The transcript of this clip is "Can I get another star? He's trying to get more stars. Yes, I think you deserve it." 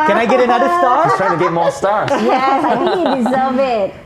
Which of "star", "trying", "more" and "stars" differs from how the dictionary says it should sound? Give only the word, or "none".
stars